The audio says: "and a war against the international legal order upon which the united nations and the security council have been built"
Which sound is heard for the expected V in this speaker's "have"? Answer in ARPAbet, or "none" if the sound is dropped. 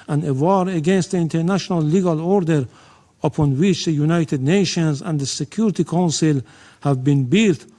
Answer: V